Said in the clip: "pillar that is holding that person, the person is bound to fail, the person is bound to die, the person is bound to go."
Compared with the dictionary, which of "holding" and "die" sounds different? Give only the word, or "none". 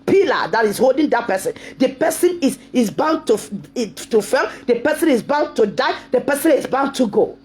none